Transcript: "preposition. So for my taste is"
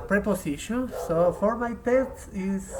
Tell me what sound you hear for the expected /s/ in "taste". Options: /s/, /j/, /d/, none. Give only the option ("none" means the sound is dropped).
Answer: none